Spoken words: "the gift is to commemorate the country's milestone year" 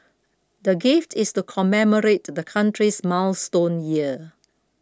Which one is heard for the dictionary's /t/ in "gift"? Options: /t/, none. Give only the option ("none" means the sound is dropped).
/t/